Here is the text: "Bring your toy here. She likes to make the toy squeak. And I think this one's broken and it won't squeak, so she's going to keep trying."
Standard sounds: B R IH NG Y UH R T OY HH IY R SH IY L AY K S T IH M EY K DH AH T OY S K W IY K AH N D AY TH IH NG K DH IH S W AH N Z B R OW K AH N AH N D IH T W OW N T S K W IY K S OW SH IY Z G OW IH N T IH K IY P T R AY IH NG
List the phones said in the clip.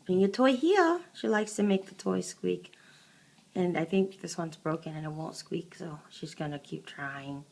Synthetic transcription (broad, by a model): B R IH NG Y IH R T OY HH IY R SH IY L AY K S T IH M EY K DH AH T OY S K W IY K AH N AY TH IH NG K DH IH S W AH N Z B R OW K AH N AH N IH T W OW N T S K W IY K S OW SH IY Z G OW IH N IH K IY P T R AY IH NG